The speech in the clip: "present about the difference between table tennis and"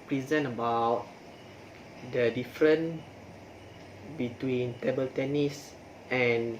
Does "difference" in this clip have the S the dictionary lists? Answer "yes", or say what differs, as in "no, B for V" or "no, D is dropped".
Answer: no, S is dropped